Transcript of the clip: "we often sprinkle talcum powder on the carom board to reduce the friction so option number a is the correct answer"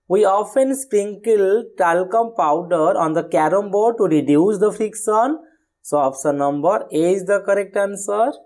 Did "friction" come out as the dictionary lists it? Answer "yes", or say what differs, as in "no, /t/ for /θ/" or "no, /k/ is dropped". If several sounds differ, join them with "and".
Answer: no, /s/ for /ʃ/